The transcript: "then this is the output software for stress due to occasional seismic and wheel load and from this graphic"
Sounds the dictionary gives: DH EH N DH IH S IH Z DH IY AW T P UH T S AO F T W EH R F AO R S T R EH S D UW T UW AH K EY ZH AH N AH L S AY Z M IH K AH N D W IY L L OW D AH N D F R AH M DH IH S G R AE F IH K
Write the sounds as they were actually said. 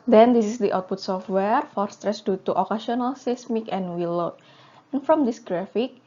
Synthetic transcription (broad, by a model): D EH N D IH S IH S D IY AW T P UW T S AO F T W EH R F AO R S T R EH S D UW T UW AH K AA S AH N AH L S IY S M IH K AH N W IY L L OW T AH N F R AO M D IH S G R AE F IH K